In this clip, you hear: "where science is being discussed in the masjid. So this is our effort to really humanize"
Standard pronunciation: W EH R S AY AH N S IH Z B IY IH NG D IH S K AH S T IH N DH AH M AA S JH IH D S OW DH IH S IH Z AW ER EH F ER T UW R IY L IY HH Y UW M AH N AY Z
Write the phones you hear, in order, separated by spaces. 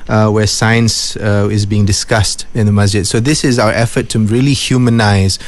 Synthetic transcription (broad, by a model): W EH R S AY AH N S IH Z B IY IH NG D IH S K AH S T IH N DH AH M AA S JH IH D S OW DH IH S IH Z AW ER EH F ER T UW R IY L IY HH Y UW M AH N AY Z